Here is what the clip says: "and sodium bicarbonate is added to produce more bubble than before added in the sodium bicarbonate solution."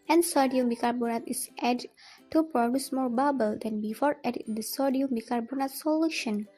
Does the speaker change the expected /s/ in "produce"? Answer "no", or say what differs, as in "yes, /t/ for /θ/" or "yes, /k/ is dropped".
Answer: no